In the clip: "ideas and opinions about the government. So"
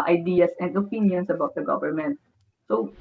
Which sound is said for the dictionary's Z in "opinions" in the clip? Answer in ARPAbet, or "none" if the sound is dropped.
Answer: S